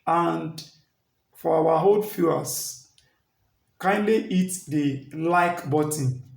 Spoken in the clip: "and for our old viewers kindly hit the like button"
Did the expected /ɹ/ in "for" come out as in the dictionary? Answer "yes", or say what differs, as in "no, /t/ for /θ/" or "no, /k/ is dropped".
no, /w/ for /ɹ/